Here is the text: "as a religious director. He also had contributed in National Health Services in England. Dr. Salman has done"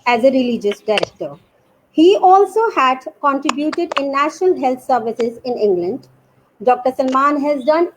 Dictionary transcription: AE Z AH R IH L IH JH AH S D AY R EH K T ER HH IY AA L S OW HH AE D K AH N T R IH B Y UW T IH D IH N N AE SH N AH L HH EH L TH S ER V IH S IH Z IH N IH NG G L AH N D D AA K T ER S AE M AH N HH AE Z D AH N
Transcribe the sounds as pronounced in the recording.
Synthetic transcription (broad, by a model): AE Z AH R IH L IH JH AH S D AY R EH K T ER HH IY AA L S OW HH AE D K AH N T R IH B Y UW T IH D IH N N AE SH N AH L HH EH L T S ER V IH S IH Z IH N IH NG G L AH N D D AA K T ER S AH M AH N HH AE Z D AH N